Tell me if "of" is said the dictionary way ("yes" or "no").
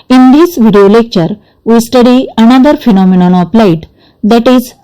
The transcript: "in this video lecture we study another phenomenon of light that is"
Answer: no